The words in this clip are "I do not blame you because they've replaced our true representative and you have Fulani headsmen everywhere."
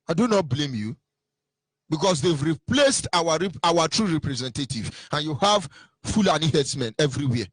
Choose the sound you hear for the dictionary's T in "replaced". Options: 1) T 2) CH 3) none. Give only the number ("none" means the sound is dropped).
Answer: 1